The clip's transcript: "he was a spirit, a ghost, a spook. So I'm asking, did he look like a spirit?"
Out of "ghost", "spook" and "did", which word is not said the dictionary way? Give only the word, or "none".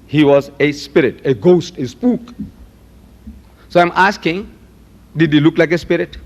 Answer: none